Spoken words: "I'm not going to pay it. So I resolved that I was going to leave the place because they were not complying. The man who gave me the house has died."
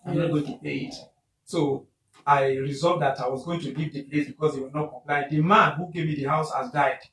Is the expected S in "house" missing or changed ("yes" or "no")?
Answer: no